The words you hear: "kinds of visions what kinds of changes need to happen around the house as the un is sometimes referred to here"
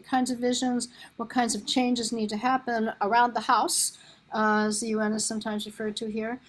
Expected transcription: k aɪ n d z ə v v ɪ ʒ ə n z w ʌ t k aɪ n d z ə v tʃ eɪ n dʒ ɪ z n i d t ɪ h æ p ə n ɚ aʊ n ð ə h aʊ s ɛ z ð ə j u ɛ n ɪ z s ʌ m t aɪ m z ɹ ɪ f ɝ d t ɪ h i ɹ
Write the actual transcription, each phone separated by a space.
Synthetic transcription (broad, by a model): k aɪ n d z ə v v ɪ ʒ ə n z w ʌ t k aɪ n d z ə v tʃ eɪ n dʒ ɪ z n i d t ɪ h æ p ə n ɚ aʊ n ð ə h aʊ s z ð ə j u ɛ n ɪ z s ʌ m t aɪ m z ɹ ɪ f ɝ d t ɪ h i ɹ